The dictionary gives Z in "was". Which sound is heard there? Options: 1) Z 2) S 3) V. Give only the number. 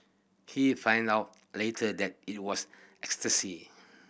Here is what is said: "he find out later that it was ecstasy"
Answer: 2